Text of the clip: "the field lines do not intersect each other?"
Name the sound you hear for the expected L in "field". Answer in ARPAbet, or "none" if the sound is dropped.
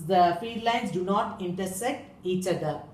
none